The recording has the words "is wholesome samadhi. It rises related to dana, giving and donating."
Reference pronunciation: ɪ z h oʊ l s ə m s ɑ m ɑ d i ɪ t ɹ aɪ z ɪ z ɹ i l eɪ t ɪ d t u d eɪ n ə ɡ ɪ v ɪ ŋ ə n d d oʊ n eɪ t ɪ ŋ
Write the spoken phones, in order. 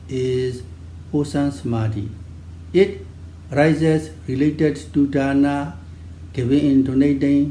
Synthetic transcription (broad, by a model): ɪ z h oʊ s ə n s m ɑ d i ɪ t ɹ aɪ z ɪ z ɹ i l eɪ t ɪ d t u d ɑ n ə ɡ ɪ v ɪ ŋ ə n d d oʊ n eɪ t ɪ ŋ